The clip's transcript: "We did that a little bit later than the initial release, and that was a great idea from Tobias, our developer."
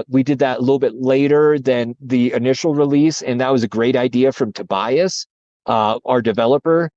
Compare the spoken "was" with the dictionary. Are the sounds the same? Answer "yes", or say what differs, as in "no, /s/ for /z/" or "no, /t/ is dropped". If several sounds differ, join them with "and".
yes